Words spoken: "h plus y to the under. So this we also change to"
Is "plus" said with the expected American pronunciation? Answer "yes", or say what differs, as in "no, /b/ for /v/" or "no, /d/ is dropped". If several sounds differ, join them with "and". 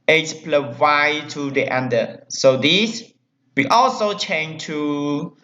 no, /s/ is dropped